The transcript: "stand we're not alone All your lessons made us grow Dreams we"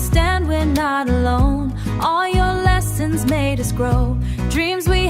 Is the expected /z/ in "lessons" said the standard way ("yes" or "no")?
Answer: yes